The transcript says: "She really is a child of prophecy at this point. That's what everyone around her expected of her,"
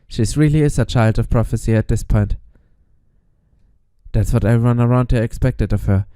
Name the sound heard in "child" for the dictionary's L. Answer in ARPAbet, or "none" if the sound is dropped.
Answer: L